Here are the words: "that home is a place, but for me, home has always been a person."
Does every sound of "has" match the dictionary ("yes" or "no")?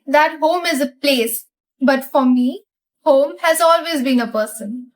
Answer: yes